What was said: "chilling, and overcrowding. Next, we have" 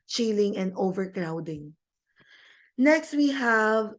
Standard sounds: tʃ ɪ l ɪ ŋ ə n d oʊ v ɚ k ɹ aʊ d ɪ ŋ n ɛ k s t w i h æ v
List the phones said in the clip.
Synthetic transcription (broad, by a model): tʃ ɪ l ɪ ŋ ə n d oʊ v ɚ k ɹ aʊ d ɪ ŋ n ɛ k s t w i h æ v